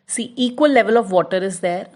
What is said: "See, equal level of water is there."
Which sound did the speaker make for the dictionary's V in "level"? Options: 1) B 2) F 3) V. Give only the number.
3